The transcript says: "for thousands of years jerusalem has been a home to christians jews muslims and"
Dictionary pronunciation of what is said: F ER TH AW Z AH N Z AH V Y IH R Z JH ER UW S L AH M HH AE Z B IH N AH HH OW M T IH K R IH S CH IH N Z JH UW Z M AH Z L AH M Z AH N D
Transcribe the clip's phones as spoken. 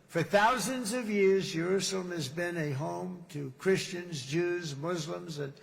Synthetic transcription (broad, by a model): F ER TH AW Z AH N Z AH V Y IH R Z JH ER UW S L AH M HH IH Z B IH N AH HH OW M T IH K R IH S CH IH N Z JH UW Z M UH Z L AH M Z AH N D